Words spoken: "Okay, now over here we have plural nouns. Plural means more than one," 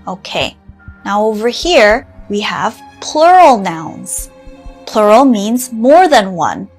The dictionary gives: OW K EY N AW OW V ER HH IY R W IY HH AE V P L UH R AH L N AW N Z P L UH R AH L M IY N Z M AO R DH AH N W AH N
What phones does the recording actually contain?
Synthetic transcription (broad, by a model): OW K EY N AW OW V ER HH IY R W IY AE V P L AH R L N AW N Z P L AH R L M IY N Z M AO R DH AH N W AH N